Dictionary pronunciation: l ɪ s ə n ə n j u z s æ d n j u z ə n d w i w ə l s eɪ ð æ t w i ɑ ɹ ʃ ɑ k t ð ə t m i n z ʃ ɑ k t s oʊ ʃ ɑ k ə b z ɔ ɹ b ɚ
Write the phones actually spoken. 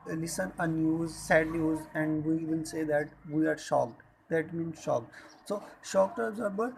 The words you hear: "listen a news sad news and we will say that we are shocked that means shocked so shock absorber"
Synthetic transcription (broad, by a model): l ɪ s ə n ə n j u z s æ d n j u z ə n d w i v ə n s eɪ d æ t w i ɑ ɹ ʃ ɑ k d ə t m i n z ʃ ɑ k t s oʊ ʃ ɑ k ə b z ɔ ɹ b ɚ